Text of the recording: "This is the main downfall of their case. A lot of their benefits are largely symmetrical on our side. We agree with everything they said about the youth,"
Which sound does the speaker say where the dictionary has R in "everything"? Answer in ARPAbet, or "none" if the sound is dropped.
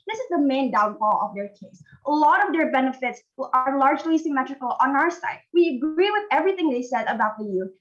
R